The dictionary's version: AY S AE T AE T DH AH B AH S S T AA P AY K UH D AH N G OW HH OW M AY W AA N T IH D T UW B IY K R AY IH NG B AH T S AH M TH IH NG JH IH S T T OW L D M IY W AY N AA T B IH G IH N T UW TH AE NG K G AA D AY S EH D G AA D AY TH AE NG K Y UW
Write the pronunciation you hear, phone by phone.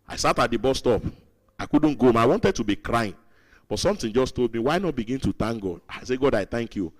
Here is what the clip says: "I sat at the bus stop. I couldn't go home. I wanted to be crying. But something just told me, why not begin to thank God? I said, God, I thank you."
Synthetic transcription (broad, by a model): AY S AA T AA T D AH B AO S S T AA P AY K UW D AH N G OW OW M AY W AA N T IH D T UW B IY K R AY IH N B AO T S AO M T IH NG JH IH S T T OW L D M IY W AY N AA T B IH G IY N T UW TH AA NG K G AA D AY S EH G AA D AY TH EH NG K Y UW